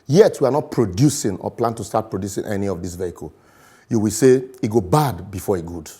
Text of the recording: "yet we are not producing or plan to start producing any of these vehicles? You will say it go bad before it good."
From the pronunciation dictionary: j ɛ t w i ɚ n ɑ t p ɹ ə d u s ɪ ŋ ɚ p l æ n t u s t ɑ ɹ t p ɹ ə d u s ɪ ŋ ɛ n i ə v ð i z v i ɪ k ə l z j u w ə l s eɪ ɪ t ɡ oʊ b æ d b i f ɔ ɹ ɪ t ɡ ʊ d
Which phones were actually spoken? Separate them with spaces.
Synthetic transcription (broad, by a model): j ɛ t w i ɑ n ɑ t p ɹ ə d u s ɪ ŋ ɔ p l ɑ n t u s t ɑ t p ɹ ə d u s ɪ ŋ ɛ n i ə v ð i s v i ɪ k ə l j u w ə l s eɪ ɪ t ɡ oʊ b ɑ d b i f ɔ ɹ ɪ t ɡ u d